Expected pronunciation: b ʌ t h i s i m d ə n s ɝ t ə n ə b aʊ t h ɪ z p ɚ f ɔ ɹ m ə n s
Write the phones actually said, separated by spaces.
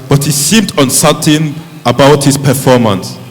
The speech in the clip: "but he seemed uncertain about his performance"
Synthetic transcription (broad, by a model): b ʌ t h i s i m d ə n s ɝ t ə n ə b aʊ t h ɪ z p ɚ f ɔ m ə n s